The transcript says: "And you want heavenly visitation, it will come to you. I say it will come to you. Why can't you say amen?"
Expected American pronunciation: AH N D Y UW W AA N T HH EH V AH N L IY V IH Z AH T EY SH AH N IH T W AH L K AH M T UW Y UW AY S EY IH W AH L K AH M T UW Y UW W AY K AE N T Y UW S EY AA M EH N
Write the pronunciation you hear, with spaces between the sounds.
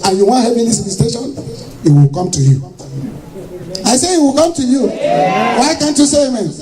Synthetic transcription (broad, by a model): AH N Y UW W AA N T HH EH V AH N IY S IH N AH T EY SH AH N IH T W AH L K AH M T UW Y UW AY S EY IH W AH L K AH M T UW Y UW W AY K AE N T Y UW S EY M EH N